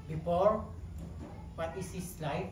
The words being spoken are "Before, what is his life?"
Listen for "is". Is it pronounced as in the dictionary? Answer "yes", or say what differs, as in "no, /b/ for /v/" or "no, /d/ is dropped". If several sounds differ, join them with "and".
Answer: no, /s/ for /z/